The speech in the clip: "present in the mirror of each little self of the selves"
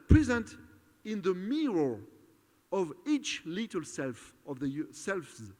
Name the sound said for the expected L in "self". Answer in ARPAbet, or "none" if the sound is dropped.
L